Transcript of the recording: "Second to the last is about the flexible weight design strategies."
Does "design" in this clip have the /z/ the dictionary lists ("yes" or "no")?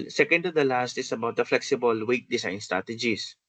no